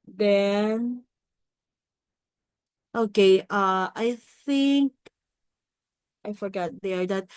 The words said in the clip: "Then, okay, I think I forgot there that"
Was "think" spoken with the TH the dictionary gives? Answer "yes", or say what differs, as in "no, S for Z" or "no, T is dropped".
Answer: yes